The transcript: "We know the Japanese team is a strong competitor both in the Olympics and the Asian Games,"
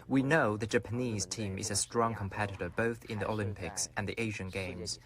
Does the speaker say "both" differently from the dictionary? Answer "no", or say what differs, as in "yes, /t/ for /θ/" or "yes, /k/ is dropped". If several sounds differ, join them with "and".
no